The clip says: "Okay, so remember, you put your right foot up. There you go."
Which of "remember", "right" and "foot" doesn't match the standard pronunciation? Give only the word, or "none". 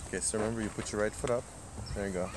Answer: none